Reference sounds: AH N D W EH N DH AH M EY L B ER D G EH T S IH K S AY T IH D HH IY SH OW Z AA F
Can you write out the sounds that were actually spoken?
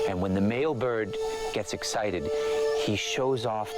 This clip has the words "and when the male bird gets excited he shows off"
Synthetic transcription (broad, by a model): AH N W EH N DH AH M EY L B ER D G EH T S IH K S AY T IH D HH IY SH OW Z AA F